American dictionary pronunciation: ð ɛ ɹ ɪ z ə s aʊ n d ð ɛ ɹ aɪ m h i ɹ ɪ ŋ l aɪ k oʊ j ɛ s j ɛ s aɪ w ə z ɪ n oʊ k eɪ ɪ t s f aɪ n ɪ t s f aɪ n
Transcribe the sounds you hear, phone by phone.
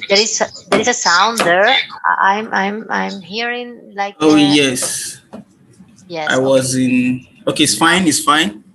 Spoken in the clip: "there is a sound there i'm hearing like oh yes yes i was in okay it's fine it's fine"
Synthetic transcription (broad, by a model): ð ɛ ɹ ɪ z ə s aʊ n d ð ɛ ɹ aɪ m h i ɹ ɪ ŋ l aɪ k oʊ j ɛ s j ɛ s aɪ w ə z ɪ n oʊ k eɪ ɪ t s f aɪ n ɪ t s f aɪ n